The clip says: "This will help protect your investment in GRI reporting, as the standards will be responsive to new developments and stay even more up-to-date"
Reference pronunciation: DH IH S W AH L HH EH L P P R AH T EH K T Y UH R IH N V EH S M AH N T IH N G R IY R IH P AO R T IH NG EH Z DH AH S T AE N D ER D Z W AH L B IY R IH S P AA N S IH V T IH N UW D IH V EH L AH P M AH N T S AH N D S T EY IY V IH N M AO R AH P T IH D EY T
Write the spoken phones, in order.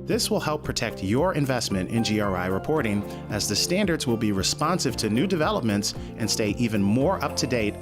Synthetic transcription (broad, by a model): DH IH S W AH L HH EH L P P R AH T EH K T Y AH R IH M V EH S M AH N T IH N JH R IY R IH P AO R T IH NG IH Z DH AH S T AE N D ER D Z W AH L B IY R IH S P AA N S IH V T IH N UW D IH V EH L AH P M AH N T S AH N S T EY IY V IH N M AO R AH P T IH D EY T